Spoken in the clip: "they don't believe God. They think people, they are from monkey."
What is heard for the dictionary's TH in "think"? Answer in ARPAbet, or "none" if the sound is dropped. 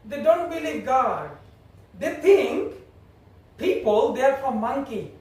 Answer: T